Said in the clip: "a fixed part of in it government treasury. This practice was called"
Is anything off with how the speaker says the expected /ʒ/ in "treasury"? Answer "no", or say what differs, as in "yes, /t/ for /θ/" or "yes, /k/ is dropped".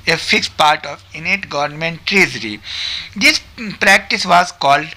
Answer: yes, /z/ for /ʒ/